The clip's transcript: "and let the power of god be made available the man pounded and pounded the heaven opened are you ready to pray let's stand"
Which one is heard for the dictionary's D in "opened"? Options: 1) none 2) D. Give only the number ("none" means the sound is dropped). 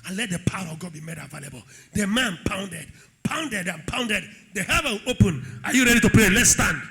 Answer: 1